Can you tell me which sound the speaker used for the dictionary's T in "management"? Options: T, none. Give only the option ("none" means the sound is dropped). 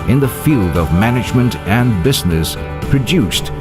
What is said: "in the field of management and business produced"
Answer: T